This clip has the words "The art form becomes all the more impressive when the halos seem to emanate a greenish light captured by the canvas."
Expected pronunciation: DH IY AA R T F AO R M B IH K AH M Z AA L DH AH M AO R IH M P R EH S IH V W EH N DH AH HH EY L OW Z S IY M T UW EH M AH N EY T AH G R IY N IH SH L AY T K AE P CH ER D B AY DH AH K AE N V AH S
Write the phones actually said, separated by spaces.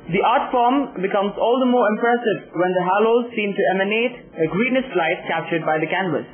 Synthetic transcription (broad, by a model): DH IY AA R T F AO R M B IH K AH M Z AA L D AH M AO R IH M P R EH S IH V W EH N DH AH HH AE L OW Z S IY M T UW EH M AH N EY T AH G R IY N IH S L AY T K AE P CH ER D B AY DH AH K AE N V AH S